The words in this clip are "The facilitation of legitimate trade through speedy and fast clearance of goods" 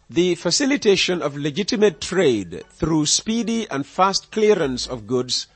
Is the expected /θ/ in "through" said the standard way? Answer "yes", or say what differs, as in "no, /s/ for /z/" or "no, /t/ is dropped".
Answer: yes